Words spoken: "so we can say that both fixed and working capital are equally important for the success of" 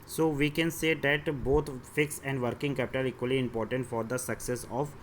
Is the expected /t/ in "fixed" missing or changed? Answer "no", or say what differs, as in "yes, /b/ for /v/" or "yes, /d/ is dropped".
yes, /t/ is dropped